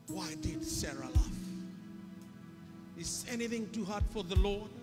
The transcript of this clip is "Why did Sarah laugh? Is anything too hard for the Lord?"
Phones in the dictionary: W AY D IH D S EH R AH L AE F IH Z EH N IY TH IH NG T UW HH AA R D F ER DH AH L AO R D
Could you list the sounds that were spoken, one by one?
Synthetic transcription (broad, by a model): W AY D IH D S EH R AH L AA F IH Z EH N IY TH IH NG T UW HH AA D F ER DH AH L AO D